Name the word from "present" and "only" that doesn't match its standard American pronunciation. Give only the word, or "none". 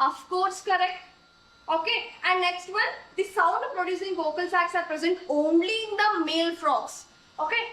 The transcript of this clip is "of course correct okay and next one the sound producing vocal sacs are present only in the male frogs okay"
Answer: none